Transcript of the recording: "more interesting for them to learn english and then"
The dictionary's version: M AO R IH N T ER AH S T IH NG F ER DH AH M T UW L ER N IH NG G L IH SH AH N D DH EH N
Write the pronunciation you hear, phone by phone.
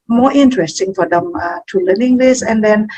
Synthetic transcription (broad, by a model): M AO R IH N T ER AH S T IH NG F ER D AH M T UW L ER N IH NG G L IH S AH N D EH N